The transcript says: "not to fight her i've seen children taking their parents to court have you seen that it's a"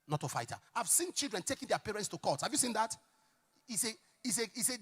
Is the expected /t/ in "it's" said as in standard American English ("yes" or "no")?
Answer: no